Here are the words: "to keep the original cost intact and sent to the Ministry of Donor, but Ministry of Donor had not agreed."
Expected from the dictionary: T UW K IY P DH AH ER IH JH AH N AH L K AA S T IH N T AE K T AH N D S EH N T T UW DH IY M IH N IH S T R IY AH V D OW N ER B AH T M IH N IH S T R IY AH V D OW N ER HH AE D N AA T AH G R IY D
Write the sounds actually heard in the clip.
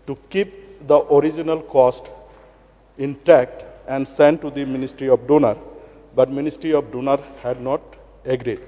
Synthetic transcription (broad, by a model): T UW K IY P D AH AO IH JH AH N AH L K AA S T IH N T AE K T AH N D S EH N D T UW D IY M IH N IH S T R IY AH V D OW N ER B AH T M IH N IH S T R IY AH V D OW N ER HH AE D N AA T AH G R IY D